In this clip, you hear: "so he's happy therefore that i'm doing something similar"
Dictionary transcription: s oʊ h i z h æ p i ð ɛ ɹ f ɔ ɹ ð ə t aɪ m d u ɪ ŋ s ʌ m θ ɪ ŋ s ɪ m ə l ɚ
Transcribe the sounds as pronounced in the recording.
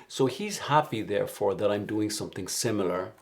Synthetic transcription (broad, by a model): s oʊ h i z h æ p i ð ɛ ɹ f ɔ ɹ ð ə t aɪ m d u ɪ ŋ s ʌ m θ ɪ ŋ s ɪ m l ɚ